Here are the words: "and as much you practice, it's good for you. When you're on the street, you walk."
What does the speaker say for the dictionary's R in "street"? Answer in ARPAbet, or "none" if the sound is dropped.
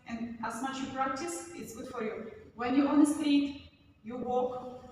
none